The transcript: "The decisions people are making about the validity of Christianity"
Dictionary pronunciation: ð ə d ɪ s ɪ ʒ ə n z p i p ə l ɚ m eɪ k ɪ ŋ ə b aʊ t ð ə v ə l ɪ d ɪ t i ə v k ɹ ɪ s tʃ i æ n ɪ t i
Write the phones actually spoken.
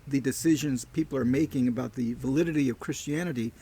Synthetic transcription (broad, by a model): ð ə d ɪ s ɪ ʒ ə n z p i p l ɚ m eɪ k ɪ ŋ ə b aʊ t ð ə v ə l ɪ d ɪ t i ə v k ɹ ɪ s tʃ i æ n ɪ t i